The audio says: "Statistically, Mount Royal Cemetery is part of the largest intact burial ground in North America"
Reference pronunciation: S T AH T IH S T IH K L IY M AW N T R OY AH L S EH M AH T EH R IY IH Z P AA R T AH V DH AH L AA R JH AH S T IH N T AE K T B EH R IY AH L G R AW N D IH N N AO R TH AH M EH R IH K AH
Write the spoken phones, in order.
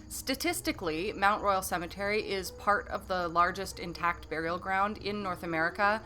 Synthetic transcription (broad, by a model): S T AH T IH S T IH K L IY M AW N T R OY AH L S EH M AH T EH R IY IH Z P AA R T AH V DH AH L AA R JH AH S T IH N T AE K T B EH R IY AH L G R AW N D IH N N AO R TH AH M EH R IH K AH